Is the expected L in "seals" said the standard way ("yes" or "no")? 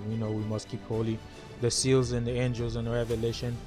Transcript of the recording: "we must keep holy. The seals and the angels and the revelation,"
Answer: yes